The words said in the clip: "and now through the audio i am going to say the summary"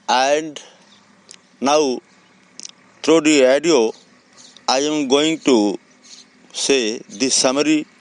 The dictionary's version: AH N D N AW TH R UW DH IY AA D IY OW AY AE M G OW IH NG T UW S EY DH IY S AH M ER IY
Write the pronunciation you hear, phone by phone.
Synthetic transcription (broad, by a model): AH N D N AW T R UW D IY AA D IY OW AY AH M G OW IH NG T UW S EY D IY S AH M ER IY